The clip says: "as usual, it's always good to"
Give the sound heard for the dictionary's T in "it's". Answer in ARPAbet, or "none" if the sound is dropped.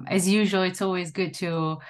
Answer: T